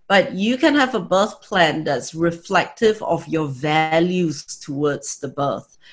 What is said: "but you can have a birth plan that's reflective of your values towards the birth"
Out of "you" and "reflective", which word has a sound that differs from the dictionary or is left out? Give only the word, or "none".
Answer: none